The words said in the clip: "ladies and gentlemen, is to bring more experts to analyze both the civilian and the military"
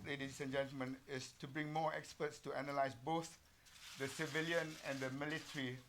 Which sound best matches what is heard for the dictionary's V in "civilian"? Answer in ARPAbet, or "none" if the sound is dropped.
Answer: V